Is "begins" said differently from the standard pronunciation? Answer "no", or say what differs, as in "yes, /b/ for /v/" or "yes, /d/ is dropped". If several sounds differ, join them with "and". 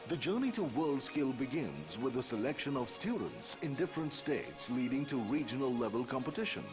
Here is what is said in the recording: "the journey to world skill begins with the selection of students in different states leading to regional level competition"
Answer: no